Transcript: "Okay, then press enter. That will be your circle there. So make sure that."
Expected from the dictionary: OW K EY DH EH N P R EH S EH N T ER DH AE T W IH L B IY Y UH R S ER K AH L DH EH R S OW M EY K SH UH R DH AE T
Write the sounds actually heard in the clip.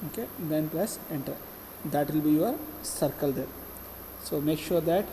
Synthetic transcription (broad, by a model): OW K EY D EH N P L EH S EH N T ER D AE T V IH L B IY Y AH R S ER K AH L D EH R S OW M EY K SH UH R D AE T